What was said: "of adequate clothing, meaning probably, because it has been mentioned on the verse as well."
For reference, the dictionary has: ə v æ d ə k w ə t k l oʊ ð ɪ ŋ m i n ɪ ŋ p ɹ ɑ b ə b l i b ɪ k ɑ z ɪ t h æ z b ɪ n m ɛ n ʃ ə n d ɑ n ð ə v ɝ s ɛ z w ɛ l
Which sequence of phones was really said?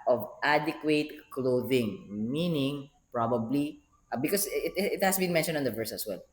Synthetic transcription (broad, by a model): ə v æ d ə k w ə t k l oʊ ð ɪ ŋ m i n ɪ ŋ p ɹ ɑ b ə b l i b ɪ k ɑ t ɪ t h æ s b ɪ n m ɛ n ʃ ə n d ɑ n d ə v ɝ s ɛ s w ɛ l